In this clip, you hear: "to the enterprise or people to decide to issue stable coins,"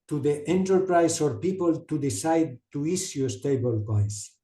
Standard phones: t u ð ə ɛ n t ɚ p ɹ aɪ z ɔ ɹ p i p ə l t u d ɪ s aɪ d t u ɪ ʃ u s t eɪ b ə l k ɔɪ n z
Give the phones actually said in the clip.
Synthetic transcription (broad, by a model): t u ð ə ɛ n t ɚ p ɹ aɪ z ɔ ɹ p i p ə l t u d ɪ s aɪ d t u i s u s t eɪ b ə l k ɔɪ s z